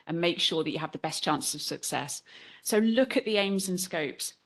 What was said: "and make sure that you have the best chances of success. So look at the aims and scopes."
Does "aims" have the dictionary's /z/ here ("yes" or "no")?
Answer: yes